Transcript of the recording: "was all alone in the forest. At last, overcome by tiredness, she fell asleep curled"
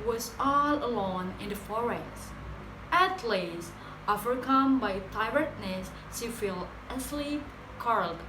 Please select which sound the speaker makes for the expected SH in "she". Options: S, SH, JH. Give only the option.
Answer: S